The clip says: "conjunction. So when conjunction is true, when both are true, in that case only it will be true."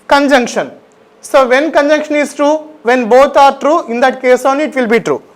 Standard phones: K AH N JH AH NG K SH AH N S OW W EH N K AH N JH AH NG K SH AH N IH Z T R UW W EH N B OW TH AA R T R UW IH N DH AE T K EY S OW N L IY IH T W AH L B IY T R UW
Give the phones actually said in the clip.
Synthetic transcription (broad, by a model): K AH N JH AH NG K SH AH N S OW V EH N K AH N JH AH NG K SH AH N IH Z T R UW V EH N B OW T AA R T R UW IH N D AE T K EY S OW N IY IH T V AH L B IY T R UW